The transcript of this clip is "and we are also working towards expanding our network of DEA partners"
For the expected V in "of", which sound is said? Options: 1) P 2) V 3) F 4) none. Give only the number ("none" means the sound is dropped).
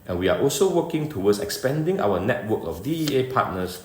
3